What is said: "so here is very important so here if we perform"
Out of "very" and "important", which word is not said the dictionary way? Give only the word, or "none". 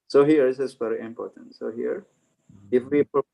very